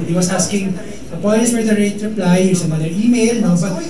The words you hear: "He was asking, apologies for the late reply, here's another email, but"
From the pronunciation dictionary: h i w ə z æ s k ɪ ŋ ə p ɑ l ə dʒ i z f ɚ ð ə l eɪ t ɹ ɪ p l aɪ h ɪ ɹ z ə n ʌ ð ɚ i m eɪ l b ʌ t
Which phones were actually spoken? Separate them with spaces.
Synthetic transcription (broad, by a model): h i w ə s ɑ s k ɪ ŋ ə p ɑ n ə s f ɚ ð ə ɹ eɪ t ɹ ɪ p l aɪ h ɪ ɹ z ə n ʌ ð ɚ i m eɪ l b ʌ t